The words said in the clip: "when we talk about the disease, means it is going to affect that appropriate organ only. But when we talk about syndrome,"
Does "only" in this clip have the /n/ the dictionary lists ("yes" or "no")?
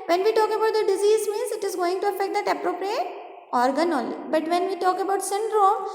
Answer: no